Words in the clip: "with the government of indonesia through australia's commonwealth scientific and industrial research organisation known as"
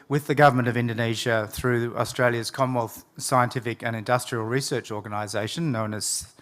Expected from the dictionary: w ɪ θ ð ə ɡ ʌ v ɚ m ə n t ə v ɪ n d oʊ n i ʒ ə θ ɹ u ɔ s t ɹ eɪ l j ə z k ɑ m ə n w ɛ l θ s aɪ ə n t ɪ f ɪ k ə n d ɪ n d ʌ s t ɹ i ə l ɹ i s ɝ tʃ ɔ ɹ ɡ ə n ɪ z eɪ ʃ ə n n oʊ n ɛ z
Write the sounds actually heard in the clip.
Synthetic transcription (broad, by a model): w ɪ ð ə ɡ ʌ v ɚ m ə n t ə v ɪ n d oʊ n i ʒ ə θ ɹ u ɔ s t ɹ eɪ l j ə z k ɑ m w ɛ l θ s aɪ ə n t ɪ f ɪ k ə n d ɪ n d ʌ s t ɹ i ə l ɹ i s ɝ tʃ ɔ ɹ ɡ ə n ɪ z eɪ ʃ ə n n oʊ n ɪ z